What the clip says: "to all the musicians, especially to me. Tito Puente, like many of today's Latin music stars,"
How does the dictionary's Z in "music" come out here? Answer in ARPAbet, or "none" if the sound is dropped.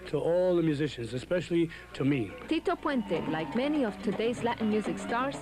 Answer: Z